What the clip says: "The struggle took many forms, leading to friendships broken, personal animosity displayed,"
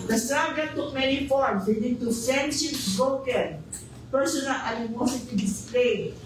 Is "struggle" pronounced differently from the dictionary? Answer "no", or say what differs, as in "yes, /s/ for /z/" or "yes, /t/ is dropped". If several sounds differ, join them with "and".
yes, /n/ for /l/